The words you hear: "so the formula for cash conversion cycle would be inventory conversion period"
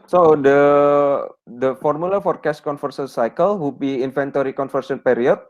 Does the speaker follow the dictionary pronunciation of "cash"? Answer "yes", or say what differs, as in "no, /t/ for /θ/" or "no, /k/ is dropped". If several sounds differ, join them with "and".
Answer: no, /s/ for /ʃ/